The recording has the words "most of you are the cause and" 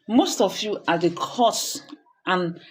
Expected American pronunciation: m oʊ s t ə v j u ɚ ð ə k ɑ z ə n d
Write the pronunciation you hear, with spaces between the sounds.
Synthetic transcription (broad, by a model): m oʊ s t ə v j u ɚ ð ə k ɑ s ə n